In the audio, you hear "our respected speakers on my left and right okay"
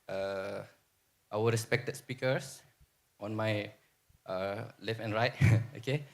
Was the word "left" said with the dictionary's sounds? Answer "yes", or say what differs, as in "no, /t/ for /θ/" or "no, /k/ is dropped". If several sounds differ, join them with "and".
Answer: no, /t/ is dropped